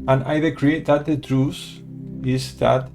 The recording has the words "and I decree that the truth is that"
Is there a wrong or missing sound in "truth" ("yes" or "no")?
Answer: yes